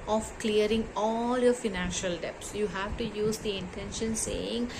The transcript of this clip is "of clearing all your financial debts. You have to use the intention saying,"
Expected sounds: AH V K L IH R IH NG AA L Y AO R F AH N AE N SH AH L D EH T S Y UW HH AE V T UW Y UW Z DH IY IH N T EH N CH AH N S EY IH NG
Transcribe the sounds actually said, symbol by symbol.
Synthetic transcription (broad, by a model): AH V K L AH R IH NG AA L Y AO R F AH N AE N SH AH L D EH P S Y UW HH AE V T UW Y UW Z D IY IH N T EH N SH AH N S EY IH NG